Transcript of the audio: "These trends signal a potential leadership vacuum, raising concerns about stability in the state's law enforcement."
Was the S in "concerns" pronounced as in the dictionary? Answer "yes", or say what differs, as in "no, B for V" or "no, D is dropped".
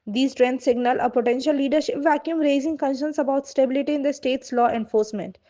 no, SH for S